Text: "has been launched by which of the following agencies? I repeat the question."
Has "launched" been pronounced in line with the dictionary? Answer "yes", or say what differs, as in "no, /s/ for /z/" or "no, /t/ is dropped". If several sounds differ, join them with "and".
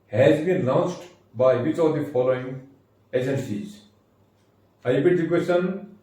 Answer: no, /s/ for /tʃ/